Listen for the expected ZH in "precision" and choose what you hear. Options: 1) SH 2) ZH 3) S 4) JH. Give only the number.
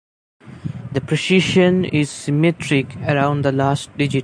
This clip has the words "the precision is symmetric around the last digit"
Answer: 1